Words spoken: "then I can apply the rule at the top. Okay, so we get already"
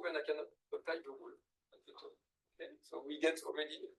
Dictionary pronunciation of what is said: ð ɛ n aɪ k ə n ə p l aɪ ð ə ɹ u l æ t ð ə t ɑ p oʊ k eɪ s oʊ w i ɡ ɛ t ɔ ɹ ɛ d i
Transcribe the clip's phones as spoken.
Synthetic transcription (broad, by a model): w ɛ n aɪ k ə n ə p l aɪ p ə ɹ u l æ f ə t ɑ oʊ k eɪ s oʊ w i ɡ ɛ t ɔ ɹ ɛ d i